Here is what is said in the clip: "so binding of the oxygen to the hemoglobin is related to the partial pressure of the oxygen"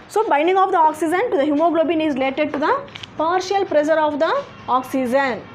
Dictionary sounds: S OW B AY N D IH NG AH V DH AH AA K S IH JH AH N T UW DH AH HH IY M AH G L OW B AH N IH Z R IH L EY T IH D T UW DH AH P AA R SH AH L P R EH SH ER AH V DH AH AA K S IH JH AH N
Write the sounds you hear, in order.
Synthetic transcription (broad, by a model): S OW B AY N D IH NG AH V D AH AA K S IH JH AH N T UW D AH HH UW M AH G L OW B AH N IH Z R IH L EY T IH D T UW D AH P AA R SH AH L P R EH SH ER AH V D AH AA K S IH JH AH N